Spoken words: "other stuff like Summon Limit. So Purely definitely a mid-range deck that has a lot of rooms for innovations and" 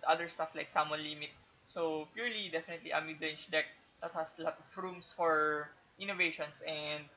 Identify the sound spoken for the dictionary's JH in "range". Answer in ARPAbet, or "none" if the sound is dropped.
CH